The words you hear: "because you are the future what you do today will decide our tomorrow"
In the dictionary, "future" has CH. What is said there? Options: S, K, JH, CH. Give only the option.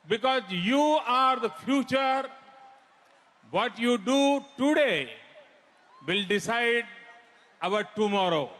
CH